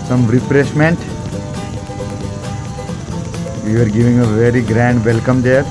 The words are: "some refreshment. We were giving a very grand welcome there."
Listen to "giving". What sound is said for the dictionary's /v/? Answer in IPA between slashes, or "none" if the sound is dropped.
/v/